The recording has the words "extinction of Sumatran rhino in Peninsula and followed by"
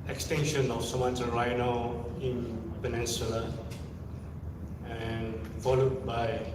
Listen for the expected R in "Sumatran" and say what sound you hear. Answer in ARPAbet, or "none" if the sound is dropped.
none